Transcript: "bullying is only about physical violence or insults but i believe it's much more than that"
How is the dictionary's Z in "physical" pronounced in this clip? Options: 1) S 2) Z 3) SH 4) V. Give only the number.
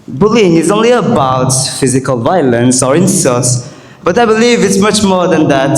2